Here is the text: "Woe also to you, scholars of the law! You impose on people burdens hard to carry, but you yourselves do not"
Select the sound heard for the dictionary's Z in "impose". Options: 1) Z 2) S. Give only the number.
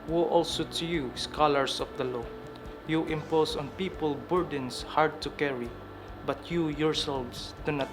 2